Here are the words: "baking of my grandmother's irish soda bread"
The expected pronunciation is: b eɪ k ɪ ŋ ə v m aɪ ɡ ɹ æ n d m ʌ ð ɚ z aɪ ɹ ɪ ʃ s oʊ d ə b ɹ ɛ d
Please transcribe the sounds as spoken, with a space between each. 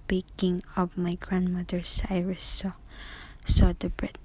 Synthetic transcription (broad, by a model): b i k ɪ ŋ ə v m aɪ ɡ ɹ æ n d m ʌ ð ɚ s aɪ ɹ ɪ s s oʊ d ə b ɹ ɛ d